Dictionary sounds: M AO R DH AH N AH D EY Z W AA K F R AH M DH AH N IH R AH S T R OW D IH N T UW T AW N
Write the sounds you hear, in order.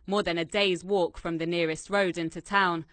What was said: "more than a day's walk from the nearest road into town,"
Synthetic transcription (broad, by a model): M AO DH AH N AH D EY Z W AA K F R AH M DH AH N IH R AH S T R OW D IH N T UW T AW N